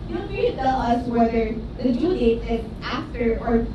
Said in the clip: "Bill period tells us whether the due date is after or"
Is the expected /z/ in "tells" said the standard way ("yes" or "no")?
no